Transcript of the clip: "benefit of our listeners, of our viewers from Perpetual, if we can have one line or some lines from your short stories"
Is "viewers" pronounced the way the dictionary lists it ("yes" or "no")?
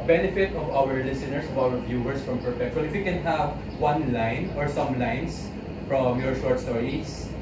no